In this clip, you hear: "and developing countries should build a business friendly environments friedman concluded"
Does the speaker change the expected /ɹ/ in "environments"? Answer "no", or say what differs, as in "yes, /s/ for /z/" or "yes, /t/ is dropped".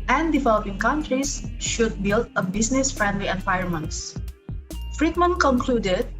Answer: yes, /ɹ/ is dropped